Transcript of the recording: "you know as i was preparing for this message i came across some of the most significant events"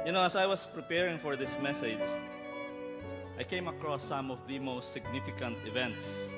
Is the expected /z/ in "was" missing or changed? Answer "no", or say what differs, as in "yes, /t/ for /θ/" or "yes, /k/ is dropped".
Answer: yes, /s/ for /z/